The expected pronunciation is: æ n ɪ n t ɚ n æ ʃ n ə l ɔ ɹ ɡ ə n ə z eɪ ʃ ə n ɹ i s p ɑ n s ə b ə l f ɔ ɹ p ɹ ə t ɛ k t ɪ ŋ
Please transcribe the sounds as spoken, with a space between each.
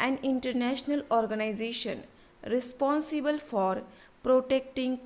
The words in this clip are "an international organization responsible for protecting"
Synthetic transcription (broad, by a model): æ n ɪ n t ɚ n æ ʃ n ə l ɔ ɹ ɡ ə n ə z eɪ ʃ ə n ɹ i s p ɑ n s ə b ə l f ɔ ɹ p ɹ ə t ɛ k t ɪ ŋ